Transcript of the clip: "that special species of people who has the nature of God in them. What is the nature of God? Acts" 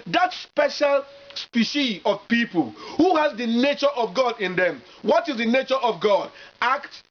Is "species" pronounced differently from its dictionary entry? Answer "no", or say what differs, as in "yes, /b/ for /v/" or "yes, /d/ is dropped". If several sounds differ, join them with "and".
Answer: yes, /z/ is dropped